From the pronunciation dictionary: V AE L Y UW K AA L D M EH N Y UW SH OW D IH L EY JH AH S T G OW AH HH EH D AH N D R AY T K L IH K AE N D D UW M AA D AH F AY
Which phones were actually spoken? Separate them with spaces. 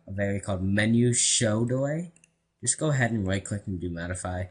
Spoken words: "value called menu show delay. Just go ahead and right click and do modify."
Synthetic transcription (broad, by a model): V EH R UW K AA L D M EH N Y UW SH OW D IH W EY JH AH S G OW AH HH EH D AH N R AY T K W IH K N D D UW M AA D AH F AY